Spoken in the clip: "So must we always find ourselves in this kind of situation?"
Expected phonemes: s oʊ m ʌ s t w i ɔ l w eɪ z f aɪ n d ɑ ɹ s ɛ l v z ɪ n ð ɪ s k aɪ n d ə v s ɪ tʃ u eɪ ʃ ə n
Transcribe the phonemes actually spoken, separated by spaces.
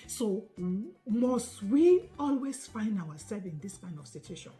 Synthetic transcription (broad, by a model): s oʊ m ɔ s t w i ɔ l w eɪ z f aɪ n d ɑ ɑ s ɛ v ɪ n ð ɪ s k aɪ n d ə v s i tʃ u eɪ ʃ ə n